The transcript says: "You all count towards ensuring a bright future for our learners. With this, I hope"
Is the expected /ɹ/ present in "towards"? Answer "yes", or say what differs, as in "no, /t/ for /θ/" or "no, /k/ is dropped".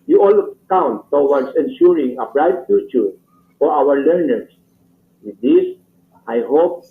no, /w/ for /ɹ/